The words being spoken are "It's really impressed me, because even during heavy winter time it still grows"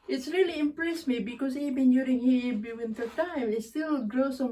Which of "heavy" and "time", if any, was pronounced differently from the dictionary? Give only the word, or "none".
heavy